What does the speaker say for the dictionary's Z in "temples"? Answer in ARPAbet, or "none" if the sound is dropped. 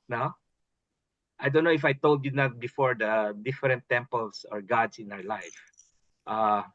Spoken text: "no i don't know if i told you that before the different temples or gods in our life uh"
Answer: S